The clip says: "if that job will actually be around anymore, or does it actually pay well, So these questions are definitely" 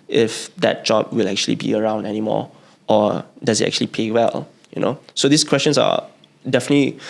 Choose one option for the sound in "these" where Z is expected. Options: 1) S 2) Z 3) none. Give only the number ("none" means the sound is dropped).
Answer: 1